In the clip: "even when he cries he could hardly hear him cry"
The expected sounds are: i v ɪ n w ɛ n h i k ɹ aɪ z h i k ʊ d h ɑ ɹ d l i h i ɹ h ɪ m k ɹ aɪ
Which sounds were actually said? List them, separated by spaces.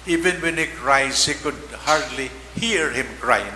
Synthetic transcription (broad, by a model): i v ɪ n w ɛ n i k ɹ aɪ z h i k ʊ d h ɑ ɹ d l i h i ɹ h ɪ m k ɹ aɪ